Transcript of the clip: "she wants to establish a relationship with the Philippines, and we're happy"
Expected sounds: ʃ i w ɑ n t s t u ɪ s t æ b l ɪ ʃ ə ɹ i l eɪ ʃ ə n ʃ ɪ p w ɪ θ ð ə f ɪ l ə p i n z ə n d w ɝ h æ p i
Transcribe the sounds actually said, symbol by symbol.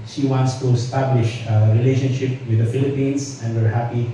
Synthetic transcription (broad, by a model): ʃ i w ɑ n t s t u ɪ s t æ b l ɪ ʃ ə ɹ i l eɪ ʃ ə n ʃ ɪ p w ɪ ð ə f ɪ l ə p i n s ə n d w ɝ h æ p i